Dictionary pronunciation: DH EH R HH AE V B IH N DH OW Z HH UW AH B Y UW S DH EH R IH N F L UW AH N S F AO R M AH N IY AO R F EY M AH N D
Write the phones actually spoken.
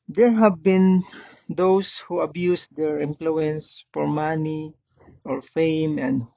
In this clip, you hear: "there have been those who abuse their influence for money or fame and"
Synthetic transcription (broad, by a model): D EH R HH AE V B IH N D OW S HH UW AH B Y UW S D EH R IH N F L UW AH N S F AO R M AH N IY AO R F EY M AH N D